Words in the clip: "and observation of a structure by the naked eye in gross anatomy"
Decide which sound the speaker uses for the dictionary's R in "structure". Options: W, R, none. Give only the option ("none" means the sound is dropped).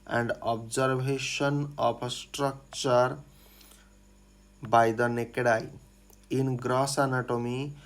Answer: R